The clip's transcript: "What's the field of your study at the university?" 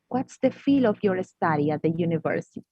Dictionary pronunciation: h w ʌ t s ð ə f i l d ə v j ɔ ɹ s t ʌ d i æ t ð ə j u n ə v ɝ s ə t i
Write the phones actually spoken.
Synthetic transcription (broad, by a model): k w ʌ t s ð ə f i l ə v j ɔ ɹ s t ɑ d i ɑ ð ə j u n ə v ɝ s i